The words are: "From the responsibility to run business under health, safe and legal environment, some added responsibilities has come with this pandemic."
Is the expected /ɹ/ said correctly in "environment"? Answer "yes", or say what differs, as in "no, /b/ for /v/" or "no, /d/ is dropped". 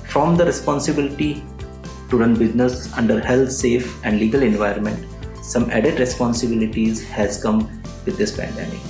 no, /ɹ/ is dropped